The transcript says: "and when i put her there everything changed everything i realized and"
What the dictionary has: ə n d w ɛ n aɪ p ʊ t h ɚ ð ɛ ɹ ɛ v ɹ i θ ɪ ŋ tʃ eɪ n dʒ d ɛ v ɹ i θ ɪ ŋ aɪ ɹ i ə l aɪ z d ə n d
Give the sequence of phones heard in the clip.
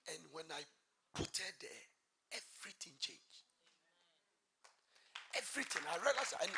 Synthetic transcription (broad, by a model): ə n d w ɛ n aɪ p ʊ t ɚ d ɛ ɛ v ɹ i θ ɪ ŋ tʃ eɪ n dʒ ɛ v ɹ i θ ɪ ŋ aɪ ɹ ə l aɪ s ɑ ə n